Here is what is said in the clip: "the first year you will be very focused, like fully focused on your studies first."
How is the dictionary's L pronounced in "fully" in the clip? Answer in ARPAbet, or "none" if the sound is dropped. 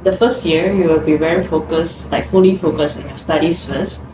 N